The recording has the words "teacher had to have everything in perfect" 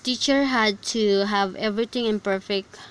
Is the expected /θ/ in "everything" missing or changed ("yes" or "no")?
yes